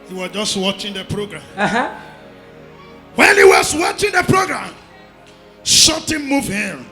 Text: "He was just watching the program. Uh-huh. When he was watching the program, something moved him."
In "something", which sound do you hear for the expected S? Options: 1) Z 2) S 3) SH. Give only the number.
3